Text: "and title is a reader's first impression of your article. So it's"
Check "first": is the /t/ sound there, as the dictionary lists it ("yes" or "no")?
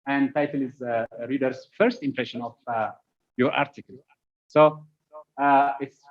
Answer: yes